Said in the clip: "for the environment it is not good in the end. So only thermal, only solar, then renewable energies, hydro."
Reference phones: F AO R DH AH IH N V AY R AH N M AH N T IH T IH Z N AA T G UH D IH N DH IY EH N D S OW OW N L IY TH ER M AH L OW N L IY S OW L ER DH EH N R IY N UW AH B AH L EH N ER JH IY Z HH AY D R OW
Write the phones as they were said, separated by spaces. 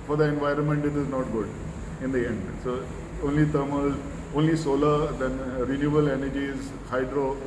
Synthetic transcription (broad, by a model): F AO R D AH IH N V AY R AH N M AH N T IH T IH Z N AA T G UH D IH N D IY EH N D S OW OW N L IY T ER M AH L OW N L IY S OW L ER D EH N R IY N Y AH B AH L EH N ER JH IY Z HH AY D R OW